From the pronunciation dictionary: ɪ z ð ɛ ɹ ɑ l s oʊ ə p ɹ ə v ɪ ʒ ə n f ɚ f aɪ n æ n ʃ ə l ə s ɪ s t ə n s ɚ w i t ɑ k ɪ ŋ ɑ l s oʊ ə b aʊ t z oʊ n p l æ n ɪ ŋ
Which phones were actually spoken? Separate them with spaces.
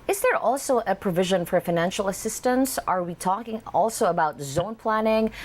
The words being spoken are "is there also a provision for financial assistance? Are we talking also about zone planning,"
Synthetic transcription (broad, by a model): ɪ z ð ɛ ɹ ɑ l s oʊ ə p ɹ ə v ɪ ʒ ə n f ɚ f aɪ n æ n ʃ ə l ə s ɪ s t ə n s ɚ w i t ɑ k ɪ ŋ ɑ l s oʊ ə b aʊ t z oʊ n p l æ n ɪ ŋ